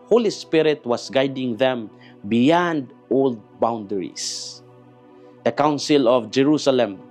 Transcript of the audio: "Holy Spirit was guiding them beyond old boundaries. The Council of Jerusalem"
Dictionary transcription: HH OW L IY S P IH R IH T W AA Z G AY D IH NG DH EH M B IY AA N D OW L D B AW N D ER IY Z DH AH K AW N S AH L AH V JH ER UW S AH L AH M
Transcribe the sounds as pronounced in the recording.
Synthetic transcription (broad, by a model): HH OW L IY S P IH R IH T W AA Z G AY D IH NG DH EH M B IY AA N D OW L D B AW N D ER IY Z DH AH K AW N S AH L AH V JH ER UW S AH L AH M